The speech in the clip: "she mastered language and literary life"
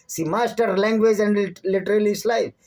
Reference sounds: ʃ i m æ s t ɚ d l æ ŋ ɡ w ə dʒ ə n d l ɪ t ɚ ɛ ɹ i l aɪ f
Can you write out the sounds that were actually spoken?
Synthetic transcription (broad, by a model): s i m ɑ s t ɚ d l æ ŋ ɡ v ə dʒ ə n d l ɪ t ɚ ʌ l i l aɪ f